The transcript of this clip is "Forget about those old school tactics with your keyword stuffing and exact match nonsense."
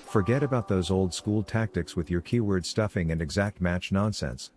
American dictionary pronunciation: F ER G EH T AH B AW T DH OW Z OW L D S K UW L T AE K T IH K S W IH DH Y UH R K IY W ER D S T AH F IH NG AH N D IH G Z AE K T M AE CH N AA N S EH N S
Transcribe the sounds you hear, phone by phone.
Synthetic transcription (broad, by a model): F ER G EH T AH B AW T DH OW Z OW L D S K UW L T AE K T IH K S W IH DH Y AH R K IY W ER D S T AH F IH NG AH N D IH G Z AE K T M AE CH N AA N S EH N S